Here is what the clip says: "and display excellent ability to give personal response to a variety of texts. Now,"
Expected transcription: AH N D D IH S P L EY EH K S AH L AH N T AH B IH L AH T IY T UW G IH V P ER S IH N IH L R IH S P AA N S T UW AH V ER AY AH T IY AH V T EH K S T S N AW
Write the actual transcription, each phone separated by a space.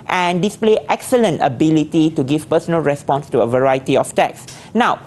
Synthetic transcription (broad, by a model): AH N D D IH S P L EY EH K S AH L AH N T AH B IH L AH T IY T UW G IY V P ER S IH N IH L R IH S P AA N S T UW AH V ER AY AH T IY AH F T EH K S S N AW